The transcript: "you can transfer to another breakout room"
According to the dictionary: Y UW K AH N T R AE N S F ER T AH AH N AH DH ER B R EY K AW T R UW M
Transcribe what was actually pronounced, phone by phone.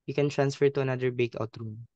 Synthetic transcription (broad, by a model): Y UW K AH N T R AE N S F ER T AH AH N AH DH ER B EY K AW T R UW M